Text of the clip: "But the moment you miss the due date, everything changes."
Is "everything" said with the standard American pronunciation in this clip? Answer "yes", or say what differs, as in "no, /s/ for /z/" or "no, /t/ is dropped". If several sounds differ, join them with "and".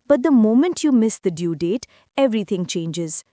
no, /t/ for /θ/